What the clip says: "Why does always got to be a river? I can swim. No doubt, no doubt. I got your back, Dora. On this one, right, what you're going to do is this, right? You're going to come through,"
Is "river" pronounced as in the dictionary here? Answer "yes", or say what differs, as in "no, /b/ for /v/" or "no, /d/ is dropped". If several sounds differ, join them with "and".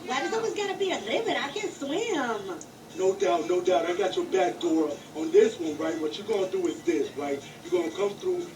no, /l/ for /ɹ/